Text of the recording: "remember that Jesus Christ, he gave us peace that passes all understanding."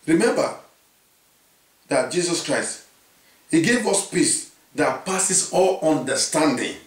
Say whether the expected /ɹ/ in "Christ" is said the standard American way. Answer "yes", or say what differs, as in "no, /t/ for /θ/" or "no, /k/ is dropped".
yes